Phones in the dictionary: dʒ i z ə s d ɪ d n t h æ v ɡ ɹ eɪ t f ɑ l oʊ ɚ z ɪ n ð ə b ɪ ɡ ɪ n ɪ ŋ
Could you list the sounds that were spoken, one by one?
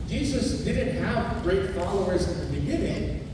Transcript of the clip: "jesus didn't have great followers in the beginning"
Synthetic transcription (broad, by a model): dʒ i z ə s d ɪ d n t h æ v ɡ ɹ eɪ t f ɑ l oʊ ɚ z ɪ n ð ə b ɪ ɡ ɪ n ɪ ŋ